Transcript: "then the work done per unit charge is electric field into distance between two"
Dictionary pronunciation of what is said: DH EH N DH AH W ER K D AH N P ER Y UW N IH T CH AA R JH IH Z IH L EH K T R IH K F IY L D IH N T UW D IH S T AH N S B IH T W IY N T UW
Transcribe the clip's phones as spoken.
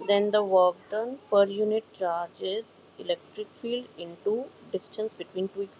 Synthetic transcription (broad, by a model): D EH N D AH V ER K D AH N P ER Y UW N IH T CH AA R JH IH Z IH L EH K T R IH K F IY L D IH N T UW D IH S T AH N S B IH T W IY N T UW